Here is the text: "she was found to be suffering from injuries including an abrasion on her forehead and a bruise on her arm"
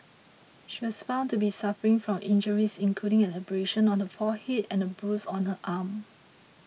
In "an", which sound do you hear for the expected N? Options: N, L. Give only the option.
L